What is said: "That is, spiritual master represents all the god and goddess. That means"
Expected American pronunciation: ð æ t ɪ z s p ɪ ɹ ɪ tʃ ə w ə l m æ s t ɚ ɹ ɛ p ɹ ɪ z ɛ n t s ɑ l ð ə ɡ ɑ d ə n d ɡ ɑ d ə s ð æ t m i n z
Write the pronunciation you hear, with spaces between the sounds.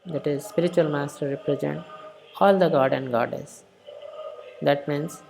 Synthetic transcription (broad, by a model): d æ t ɪ z s p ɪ ɹ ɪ tʃ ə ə l m æ s t ɚ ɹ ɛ p ɹ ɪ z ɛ n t ɑ l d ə ɡ ɑ d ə n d ɡ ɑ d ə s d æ t m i n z